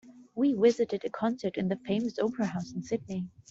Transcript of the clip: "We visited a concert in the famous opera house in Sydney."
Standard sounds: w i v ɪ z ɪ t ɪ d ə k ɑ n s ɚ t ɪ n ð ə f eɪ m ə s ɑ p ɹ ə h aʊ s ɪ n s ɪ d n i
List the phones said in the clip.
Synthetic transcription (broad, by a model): w i w ɪ z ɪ t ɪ d ə k ɑ n s ɚ t ɪ n ð ə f eɪ m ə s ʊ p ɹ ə h aʊ s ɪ n s ɪ d n i